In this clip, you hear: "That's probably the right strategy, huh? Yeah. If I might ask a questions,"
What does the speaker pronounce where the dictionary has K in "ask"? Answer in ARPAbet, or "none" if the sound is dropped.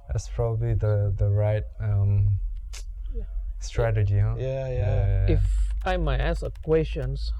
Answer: none